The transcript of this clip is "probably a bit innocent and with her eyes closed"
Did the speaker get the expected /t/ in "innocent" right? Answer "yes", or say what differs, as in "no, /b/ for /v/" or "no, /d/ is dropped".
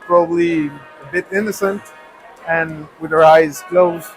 yes